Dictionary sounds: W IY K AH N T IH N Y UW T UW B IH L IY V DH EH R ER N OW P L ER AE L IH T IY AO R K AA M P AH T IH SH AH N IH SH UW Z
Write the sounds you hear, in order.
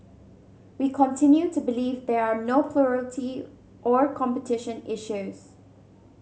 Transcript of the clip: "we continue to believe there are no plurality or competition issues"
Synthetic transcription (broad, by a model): W IY K AH N T IH N Y UW T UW B IH L IY V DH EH R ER N OW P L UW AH L T IY AO R K AA M P AH T IH SH AH N IH SH UW Z